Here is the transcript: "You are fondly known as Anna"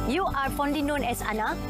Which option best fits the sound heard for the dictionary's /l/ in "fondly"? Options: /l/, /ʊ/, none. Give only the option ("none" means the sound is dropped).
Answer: none